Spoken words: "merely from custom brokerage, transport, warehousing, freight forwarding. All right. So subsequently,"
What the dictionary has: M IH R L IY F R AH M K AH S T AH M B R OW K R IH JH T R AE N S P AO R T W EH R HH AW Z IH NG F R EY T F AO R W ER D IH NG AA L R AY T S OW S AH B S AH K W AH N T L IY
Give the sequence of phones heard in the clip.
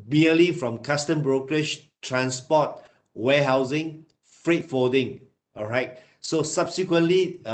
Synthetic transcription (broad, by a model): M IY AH L IY F R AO M K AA S T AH M B R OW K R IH SH T R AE N S P AO T W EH HH AW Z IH NG F R EY T F AO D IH NG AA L R AY T S OW S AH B S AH K W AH N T L IY